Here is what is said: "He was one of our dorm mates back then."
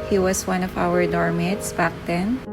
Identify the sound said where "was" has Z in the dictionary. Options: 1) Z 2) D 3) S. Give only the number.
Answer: 3